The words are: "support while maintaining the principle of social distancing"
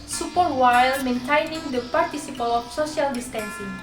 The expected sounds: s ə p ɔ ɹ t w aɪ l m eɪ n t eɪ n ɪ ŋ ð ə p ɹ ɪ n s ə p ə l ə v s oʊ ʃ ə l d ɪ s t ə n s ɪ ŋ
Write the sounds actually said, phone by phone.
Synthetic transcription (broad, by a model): s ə p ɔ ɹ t w aɪ l m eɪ n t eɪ n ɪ ŋ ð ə p ɹ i s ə p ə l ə f s oʊ s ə l d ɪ s t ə n s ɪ ŋ